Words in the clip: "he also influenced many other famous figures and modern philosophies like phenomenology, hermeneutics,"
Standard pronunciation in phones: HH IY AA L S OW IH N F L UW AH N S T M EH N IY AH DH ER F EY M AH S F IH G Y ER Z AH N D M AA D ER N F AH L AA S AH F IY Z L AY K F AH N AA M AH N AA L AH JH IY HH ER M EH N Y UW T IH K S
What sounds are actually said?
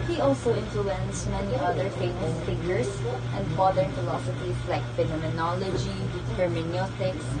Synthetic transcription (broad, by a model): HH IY AA L S OW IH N F L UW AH N S M EH N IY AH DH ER F EY M AH S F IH G Y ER S AH N D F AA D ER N F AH L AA S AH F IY S L AY K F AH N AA M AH N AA L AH JH IY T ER M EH N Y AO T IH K S